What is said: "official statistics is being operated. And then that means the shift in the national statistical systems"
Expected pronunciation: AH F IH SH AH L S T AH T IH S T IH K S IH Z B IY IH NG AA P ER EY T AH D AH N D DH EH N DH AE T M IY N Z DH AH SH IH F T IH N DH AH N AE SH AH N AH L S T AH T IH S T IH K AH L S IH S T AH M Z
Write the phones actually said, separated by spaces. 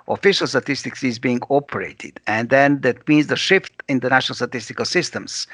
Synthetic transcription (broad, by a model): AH F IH SH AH L S T AH T IH S T IH K S IH Z B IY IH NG AA P ER EY T AH D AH N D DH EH N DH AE T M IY N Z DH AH SH IH F T IH N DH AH N AE SH AH N AH L S T AH T IH S T IH K AH L S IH S T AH M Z